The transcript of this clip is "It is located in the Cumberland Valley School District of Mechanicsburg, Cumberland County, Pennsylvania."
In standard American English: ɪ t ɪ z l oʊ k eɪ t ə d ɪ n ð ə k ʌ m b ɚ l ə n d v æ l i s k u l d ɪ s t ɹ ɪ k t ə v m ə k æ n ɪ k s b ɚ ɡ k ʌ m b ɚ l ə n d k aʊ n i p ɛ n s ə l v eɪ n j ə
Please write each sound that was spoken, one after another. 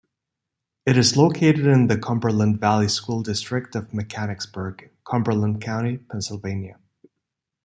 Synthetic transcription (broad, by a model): ɪ t ɪ z l oʊ k eɪ t ə d ɪ n ð ə k ʌ m b ɚ l ə n d v æ l i s k u l d ɪ s t ɹ ɪ k t ə v m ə k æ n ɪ k s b ɚ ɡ k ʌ m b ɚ l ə n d k aʊ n i p ɛ n s ə l v eɪ n j ə